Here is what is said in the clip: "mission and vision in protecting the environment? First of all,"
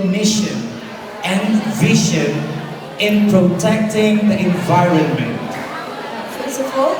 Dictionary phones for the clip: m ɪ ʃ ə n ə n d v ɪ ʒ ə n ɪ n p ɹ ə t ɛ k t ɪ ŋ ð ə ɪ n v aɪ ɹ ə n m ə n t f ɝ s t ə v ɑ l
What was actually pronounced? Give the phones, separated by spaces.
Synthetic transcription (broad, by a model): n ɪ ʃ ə n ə n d v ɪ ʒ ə n ɪ n p ɹ ə t ɛ k t ɪ ŋ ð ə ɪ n v aɪ ɹ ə n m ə n t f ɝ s ə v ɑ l